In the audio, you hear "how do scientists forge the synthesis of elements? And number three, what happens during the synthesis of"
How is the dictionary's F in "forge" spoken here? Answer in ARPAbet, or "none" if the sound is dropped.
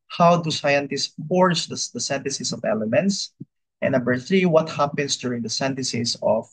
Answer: P